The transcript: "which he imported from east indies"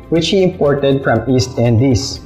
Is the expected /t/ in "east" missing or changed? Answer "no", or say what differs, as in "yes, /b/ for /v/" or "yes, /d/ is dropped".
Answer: no